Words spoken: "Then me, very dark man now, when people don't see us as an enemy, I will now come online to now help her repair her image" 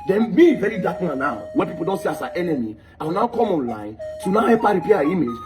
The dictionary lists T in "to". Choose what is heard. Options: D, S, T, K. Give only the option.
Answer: S